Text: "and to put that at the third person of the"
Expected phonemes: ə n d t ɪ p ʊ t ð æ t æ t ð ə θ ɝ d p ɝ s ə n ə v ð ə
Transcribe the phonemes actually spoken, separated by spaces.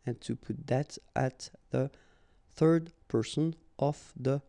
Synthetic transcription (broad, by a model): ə n t ɪ p ʊ t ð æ t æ t ð ə θ ɝ d p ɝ s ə n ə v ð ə